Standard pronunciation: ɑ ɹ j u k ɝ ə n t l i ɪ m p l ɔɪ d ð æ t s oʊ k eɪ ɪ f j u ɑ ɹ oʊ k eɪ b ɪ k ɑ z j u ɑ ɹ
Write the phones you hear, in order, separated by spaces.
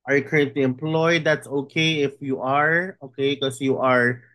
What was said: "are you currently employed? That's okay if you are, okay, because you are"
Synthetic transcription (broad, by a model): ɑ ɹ j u k ɝ ə n t l i ɪ m p l ɔɪ d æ t s oʊ k eɪ ɪ f j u ɑ ɹ oʊ k eɪ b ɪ k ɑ s j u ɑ ɹ